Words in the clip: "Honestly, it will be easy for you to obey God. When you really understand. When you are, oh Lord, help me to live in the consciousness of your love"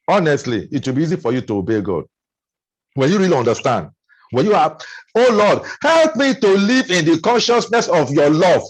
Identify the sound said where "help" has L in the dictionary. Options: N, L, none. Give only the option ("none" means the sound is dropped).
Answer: L